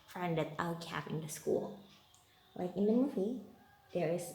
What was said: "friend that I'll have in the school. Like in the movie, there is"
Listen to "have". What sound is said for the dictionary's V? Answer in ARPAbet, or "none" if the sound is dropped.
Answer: P